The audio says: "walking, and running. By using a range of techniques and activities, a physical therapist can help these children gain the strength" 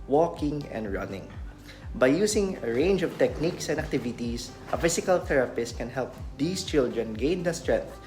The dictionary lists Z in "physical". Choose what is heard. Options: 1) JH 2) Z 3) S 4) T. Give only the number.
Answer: 3